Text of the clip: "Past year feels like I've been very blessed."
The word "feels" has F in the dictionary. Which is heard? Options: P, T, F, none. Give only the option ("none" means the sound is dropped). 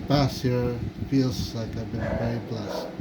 F